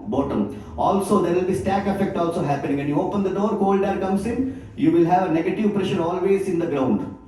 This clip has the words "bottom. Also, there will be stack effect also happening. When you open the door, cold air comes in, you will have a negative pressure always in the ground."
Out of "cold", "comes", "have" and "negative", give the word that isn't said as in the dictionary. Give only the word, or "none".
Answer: comes